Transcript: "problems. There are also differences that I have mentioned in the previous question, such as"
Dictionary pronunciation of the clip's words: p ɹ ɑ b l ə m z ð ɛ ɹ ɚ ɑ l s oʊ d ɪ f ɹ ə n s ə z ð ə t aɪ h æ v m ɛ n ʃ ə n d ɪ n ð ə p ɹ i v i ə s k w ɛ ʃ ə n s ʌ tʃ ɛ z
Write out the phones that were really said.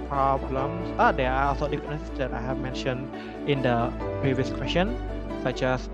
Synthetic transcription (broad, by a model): p ɹ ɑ b l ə m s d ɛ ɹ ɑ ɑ s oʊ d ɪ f ə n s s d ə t aɪ h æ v m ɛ n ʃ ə n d ɪ n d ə p ɹ i v i ə s k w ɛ s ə n s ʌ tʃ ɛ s